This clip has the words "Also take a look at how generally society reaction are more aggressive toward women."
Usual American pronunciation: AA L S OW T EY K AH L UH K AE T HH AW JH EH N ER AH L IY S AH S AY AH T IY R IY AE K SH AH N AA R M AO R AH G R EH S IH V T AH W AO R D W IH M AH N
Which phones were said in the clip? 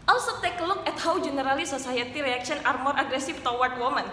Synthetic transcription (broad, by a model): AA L S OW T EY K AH L UH K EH T HH AW JH EH N ER AH L IY S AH S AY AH T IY R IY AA K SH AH N AA R M AO R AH G R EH S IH F T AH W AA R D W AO M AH N